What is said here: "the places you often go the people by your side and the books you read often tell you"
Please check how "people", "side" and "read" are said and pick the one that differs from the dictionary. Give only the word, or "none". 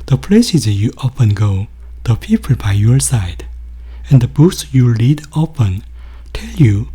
read